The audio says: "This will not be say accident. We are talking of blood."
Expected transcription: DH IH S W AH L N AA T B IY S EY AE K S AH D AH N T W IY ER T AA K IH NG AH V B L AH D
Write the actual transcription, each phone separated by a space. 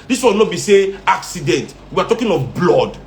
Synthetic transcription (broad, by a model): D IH S W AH N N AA B IY S EY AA K S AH D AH N T W IY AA T AA K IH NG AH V B L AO D